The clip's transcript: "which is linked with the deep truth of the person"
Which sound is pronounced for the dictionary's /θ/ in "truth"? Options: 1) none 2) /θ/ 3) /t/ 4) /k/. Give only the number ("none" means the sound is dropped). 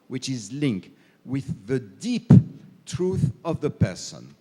2